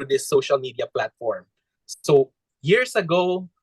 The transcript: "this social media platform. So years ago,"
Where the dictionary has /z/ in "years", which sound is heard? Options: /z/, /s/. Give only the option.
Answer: /s/